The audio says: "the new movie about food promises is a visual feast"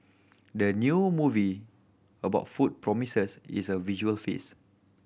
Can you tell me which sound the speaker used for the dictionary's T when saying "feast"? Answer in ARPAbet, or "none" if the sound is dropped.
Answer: none